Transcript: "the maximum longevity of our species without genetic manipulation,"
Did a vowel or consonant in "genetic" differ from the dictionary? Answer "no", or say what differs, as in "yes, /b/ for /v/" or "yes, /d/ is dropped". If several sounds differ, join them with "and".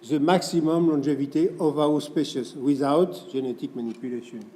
yes, /ʒ/ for /dʒ/